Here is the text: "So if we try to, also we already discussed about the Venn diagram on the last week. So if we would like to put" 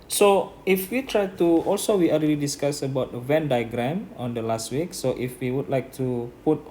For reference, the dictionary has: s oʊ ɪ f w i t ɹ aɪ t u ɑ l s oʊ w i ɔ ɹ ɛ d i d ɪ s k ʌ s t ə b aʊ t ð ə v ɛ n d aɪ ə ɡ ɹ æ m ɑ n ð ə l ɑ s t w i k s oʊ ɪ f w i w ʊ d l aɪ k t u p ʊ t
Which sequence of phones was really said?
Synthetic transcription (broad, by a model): s oʊ ɪ f w i t ɹ aɪ t u ɑ l s oʊ w i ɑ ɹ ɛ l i d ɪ s k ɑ s ə b aʊ t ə v ɛ n d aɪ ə ɡ ɹ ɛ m ɑ n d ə l ɑ s t w i k s oʊ ɪ f w i w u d l aɪ k t u p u t